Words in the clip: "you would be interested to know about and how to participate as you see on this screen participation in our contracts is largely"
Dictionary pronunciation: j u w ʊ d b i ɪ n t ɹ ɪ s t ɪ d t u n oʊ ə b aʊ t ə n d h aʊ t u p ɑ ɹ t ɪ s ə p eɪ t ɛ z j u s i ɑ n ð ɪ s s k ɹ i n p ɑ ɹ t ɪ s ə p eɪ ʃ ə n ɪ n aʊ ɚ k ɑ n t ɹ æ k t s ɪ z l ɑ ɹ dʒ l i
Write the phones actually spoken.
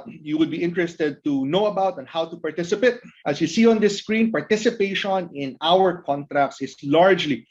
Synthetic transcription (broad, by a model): j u w ʊ d b i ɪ n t ɹ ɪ s t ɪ d t u n oʊ ə b aʊ t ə n h aʊ t u p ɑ ɹ t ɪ s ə p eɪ t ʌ s j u s i ɑ n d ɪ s s k ɹ i n p ɑ ɹ t ɪ s ə p eɪ ʃ ə n ɪ n aʊ ɚ k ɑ n t ɹ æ k t s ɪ s l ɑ ɹ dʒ l i